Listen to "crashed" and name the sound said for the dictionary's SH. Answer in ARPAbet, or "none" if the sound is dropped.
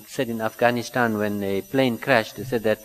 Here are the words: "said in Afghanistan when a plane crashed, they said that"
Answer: SH